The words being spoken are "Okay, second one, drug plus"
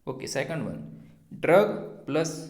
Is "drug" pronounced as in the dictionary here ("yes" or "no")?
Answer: yes